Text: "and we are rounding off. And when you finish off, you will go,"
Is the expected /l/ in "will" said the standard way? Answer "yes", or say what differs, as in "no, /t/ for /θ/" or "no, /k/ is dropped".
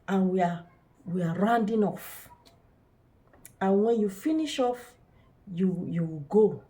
no, /w/ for /l/